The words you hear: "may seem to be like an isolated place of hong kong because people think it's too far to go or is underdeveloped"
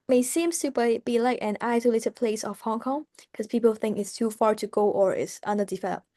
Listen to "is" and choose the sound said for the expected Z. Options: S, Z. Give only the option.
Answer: S